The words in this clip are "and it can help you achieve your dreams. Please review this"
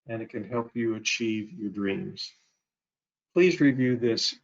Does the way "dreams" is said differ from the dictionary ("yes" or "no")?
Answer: no